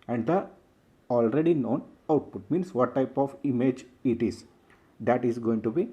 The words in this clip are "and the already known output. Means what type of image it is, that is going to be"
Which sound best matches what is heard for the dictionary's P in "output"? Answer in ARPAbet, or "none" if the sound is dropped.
P